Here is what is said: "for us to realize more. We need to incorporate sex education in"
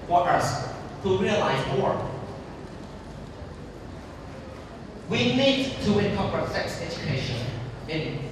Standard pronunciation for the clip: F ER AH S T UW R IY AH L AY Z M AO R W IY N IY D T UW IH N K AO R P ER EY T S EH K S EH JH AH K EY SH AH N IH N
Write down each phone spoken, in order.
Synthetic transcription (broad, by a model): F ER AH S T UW R IY AH L AY Z M AO R W IY N IY D T UW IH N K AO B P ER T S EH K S EH JH AH K EY SH AH N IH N